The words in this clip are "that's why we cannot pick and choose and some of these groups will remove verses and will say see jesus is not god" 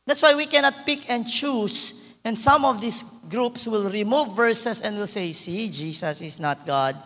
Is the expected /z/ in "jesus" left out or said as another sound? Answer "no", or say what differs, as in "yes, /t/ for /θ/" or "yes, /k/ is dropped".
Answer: yes, /s/ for /z/